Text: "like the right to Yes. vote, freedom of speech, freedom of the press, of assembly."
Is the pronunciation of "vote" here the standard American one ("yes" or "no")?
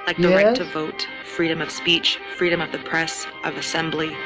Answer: yes